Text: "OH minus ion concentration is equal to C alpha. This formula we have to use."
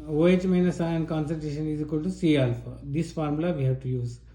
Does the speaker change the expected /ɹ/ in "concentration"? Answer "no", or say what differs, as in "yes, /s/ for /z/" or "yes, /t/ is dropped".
yes, /ɹ/ is dropped